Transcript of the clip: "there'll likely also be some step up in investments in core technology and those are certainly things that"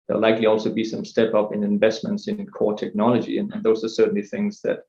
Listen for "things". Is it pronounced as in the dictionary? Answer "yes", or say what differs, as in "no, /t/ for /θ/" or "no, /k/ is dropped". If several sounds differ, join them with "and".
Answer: yes